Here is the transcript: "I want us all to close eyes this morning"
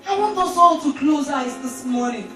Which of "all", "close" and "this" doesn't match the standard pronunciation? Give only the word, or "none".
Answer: none